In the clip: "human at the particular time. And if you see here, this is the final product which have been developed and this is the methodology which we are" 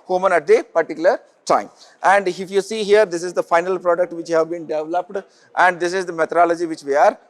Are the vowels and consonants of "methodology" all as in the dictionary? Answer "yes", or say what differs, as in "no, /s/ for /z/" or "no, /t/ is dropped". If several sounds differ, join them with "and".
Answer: no, /t/ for /θ/